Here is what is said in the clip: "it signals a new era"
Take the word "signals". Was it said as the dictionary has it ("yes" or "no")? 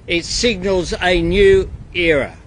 yes